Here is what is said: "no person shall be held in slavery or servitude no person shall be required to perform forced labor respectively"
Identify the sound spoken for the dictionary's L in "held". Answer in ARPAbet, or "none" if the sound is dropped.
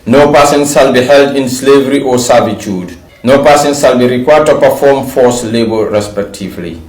L